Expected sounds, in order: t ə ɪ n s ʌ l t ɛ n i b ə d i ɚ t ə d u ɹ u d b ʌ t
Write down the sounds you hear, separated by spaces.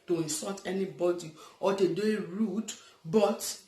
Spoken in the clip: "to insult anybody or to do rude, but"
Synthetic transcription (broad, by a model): t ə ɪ n s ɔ t ɛ n i b ə d i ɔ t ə d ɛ ɹ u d b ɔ t